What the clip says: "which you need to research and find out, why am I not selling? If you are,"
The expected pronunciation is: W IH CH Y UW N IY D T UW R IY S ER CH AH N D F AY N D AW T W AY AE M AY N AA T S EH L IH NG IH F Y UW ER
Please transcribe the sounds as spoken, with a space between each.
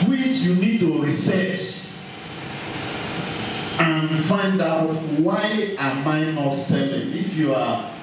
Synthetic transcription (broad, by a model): W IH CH Y UW N IY D T UW R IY S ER CH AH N F AY N D AW T W AY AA M AY N AA T S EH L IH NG IH F Y UW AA